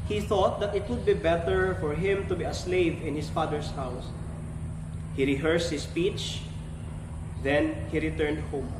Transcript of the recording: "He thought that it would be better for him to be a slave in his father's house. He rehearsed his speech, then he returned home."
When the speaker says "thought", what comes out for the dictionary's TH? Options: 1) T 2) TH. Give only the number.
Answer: 2